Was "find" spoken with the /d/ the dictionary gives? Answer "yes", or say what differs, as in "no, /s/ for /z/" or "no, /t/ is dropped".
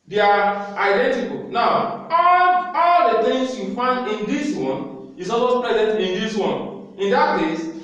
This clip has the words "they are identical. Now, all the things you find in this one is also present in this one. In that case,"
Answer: yes